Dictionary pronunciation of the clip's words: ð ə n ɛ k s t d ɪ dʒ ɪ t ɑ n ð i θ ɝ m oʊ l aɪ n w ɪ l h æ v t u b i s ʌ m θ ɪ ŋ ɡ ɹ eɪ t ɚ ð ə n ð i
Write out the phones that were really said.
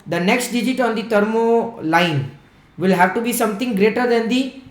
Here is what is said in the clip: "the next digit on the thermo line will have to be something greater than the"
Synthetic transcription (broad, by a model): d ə n ɛ k s t d ɪ dʒ ɪ t ɑ n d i t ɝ m oʊ l aɪ n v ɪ l h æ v t u b i s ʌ m t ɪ ŋ ɡ ɹ eɪ t ɚ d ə n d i